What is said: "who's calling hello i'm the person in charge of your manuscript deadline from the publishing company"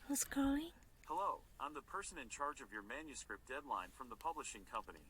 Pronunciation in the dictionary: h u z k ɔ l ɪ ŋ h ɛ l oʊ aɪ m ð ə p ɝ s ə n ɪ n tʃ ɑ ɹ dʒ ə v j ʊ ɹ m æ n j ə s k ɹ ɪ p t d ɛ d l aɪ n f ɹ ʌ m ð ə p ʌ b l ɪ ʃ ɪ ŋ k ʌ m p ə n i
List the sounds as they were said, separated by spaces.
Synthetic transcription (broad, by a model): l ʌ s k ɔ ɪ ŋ h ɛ l oʊ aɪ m ð ə p ɝ s ə n ɪ n tʃ ɑ ɹ dʒ ə v j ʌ ɹ m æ n j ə s k ɹ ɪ p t d ɛ d l aɪ n f ɹ ʌ m ð ə p ʌ b l ɪ ʃ ɪ ŋ k ʌ m p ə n i